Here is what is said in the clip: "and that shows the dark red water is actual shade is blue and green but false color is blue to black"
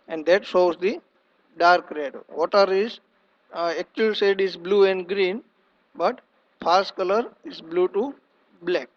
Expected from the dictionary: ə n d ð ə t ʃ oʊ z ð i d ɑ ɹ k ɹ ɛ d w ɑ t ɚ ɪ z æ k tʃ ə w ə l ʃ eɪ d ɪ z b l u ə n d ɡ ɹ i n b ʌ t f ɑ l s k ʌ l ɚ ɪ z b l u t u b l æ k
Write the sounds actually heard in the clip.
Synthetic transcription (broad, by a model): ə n d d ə t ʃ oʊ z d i d ɑ ɹ k ɹ ɛ d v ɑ t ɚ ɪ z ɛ k tʃ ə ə l s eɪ d ɪ z b l u ə n d ɡ ɹ i n b ʌ t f ɑ s k ʌ l ɚ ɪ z b l u t u b l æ k